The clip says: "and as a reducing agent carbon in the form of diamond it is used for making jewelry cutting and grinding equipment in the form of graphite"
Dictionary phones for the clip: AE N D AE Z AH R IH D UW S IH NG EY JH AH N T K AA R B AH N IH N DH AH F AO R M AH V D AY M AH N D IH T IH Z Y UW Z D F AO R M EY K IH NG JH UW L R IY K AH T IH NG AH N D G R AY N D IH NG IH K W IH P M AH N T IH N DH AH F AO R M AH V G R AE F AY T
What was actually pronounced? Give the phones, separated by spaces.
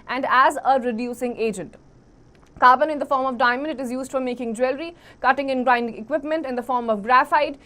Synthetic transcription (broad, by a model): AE N D AE Z AH R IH D UW S IH NG EY JH AH N T K AA R B AH N IH N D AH F AO R M AH V D AY M AH N D IH T IH Z Y UW Z D F AO R M EY K IH NG JH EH L R IY K AH T IH NG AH N G R AY N D IH NG IH K W IH P M AH N T IH N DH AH F AO R M AH V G R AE F AY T